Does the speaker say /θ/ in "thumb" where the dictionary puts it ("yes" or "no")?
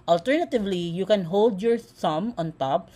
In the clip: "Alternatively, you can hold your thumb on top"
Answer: no